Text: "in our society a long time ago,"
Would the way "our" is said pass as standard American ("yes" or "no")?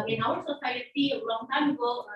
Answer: no